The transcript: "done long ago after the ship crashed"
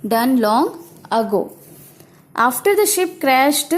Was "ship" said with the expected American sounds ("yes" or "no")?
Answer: yes